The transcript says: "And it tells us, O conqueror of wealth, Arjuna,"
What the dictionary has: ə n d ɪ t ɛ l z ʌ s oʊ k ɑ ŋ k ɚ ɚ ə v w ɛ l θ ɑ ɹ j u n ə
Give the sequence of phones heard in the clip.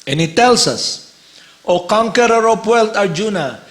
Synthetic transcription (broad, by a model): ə n ɪ t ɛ l s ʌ s oʊ k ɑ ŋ k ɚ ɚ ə p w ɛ l t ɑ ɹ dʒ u n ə